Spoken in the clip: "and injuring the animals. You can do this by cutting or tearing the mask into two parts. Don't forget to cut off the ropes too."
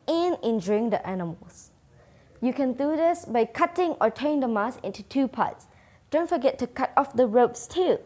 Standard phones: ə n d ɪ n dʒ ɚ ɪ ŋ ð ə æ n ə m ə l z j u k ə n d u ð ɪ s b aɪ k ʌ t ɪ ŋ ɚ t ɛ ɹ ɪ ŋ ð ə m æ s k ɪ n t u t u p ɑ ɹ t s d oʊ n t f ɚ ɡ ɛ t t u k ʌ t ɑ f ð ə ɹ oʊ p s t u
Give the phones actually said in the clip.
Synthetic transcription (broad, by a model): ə n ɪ n dʒ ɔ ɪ ŋ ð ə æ n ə m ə l s j u k ə n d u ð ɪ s b aɪ k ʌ t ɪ ŋ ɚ t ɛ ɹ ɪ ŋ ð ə m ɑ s ɪ n t u t u p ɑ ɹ t s d oʊ n t f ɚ ɡ ɛ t t u k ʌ t ɑ f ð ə ɹ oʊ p s t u